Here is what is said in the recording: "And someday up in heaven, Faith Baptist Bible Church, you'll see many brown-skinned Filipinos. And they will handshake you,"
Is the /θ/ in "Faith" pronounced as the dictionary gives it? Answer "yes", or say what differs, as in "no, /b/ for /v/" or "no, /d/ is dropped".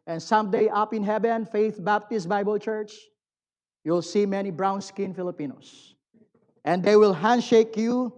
yes